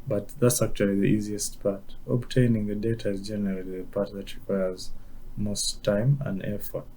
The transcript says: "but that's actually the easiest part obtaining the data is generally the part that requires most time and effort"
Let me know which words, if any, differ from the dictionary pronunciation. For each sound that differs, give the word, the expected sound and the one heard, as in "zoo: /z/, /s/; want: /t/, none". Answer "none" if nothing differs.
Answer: none